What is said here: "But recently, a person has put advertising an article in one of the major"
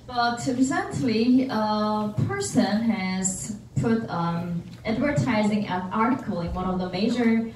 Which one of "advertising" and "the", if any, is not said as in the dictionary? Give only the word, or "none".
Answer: none